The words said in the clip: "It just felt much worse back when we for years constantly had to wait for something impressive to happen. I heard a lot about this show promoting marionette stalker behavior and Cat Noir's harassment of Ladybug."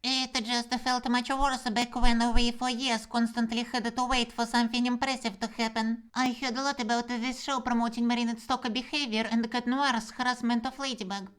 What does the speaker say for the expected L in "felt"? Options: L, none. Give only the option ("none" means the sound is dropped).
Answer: L